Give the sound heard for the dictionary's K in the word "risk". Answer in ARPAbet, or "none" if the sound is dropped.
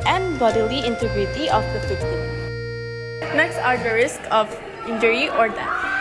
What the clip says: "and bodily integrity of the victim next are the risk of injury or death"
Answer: K